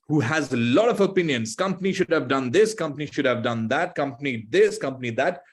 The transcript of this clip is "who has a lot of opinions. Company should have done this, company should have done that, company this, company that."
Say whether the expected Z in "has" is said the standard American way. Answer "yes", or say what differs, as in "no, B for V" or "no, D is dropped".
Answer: yes